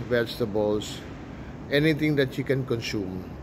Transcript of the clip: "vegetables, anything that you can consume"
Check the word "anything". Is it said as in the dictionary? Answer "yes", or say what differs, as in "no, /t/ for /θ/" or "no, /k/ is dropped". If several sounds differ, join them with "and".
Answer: no, /t/ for /θ/